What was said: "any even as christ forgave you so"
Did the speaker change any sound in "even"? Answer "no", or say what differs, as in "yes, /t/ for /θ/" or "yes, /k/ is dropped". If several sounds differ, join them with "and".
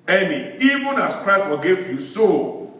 no